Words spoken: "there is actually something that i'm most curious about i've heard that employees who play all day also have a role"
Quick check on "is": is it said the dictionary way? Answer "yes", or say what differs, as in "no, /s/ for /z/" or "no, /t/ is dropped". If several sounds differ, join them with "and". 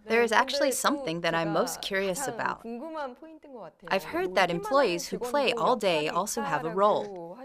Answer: yes